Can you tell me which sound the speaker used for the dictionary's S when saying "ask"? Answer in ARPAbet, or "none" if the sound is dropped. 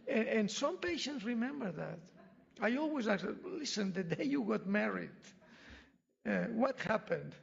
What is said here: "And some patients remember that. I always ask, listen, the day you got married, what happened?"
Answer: none